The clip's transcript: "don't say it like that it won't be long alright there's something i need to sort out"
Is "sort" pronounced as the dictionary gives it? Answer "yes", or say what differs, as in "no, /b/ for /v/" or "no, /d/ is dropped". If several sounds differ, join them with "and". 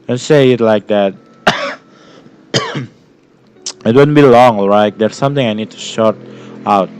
no, /ʃ/ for /s/